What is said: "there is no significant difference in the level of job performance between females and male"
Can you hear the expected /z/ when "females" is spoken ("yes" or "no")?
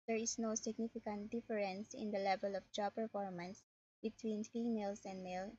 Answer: no